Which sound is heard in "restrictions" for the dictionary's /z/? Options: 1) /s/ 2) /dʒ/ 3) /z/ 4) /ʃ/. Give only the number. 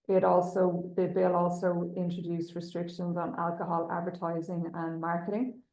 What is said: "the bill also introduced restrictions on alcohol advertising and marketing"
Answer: 3